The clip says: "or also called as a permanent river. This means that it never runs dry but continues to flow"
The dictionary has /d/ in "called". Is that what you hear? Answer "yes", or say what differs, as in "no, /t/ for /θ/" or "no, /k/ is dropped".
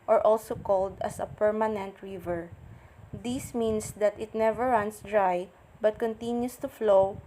yes